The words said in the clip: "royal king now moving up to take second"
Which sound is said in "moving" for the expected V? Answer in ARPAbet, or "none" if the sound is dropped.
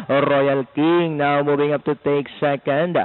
B